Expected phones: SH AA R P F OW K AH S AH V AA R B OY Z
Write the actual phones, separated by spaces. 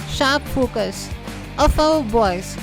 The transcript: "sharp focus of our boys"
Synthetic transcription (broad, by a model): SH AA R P F OW K AH S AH F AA W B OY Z